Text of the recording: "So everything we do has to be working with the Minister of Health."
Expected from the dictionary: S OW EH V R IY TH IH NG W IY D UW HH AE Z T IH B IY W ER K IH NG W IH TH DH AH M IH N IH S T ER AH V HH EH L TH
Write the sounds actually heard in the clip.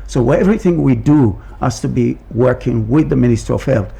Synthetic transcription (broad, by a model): S OW EH V R IY TH IH NG W IY D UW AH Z T IH B IY W ER K IH NG W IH DH AH M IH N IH S T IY AH V HH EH L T